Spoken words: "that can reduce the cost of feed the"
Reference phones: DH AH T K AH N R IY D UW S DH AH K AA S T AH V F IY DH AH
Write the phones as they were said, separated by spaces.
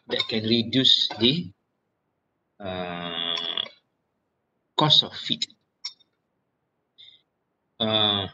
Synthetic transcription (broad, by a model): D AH T K AH N R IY D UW S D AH K AA S AH F F IY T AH